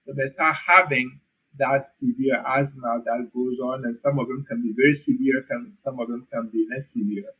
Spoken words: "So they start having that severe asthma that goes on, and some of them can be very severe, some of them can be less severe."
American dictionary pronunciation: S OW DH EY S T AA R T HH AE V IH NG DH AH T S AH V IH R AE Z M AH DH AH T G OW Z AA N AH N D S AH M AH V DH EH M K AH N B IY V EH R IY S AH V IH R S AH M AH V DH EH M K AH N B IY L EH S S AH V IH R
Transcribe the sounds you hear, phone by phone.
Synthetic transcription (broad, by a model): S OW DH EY S T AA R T HH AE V IH NG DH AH T S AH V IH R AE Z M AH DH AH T G OW Z AA N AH N S AH M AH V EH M K AH N B IY V EH R IY S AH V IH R S AH M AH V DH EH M K AH N B IY N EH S S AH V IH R